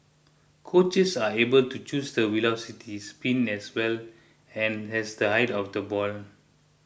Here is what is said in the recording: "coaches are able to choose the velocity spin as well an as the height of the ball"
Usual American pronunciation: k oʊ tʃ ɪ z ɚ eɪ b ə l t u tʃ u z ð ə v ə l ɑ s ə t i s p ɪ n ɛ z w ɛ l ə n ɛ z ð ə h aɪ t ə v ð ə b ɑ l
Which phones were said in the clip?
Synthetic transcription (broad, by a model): k oʊ tʃ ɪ s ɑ eɪ b ə l t u tʃ u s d ə w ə l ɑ s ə t i s p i n ɛ s w ɛ l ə n ɛ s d ə h aɪ t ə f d ə b ɑ l